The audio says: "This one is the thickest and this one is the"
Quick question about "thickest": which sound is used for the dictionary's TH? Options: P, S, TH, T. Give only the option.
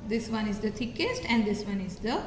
T